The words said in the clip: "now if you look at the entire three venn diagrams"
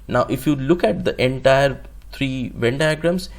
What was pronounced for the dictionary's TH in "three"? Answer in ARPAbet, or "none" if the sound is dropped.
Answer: T